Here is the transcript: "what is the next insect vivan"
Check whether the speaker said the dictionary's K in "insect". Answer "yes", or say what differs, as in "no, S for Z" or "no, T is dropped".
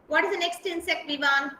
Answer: yes